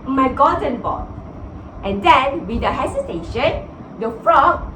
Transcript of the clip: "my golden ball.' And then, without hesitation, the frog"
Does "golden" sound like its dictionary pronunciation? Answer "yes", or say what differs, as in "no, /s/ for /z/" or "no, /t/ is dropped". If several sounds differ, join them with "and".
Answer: no, /l/ is dropped